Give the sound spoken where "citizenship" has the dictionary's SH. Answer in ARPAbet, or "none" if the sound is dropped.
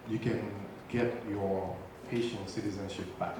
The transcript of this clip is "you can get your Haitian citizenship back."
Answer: SH